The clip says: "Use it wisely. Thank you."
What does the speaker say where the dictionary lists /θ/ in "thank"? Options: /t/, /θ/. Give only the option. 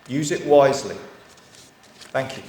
/θ/